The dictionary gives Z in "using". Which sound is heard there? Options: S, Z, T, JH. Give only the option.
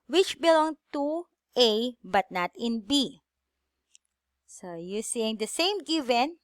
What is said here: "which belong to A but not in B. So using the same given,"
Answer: S